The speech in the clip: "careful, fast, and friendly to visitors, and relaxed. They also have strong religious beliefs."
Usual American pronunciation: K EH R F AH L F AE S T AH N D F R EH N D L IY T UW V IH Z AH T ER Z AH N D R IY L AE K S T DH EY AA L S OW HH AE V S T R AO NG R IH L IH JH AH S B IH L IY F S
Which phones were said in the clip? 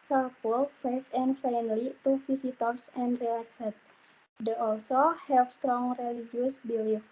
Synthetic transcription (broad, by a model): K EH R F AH L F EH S AH N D F R EH N D L IY T UW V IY S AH T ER S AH N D R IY L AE K S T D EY AA L S OW HH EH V S T R AO NG R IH L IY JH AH S B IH L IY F